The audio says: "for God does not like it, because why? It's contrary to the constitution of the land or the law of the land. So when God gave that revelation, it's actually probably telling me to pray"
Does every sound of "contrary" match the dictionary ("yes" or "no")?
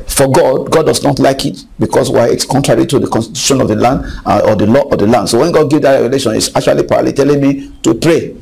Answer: yes